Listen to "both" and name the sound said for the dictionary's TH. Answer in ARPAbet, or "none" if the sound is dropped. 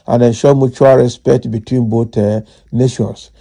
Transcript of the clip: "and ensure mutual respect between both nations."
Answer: T